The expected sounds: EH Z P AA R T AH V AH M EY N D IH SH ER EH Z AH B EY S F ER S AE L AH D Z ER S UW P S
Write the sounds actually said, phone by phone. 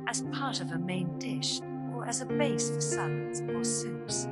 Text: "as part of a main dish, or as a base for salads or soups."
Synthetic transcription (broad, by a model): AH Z P AA R T AH V AH M EY N D IH SH ER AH Z AH B EY S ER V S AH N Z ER S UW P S